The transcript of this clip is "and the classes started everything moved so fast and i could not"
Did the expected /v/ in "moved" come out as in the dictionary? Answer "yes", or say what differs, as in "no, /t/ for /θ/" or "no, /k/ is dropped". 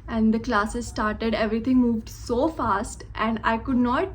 yes